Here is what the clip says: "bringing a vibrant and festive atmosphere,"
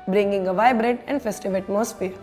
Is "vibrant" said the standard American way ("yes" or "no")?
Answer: no